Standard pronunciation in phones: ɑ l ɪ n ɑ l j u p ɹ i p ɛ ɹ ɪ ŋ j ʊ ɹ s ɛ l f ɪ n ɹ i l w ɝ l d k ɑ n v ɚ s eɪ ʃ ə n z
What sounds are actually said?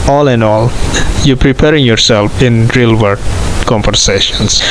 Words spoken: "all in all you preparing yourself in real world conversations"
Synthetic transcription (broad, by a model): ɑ l ɪ n ɑ l j u p ɹ i p ɛ ɹ ɪ ŋ j ʊ ɹ s ɛ l f ɪ n ɹ i l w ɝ d k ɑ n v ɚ s eɪ ʃ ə n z